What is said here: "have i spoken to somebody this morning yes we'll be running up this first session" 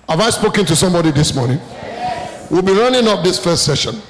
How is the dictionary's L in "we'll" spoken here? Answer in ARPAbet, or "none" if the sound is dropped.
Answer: L